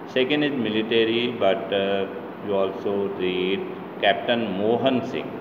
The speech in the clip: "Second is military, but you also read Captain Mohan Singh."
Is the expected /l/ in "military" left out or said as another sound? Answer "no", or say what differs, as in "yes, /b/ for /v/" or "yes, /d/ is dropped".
no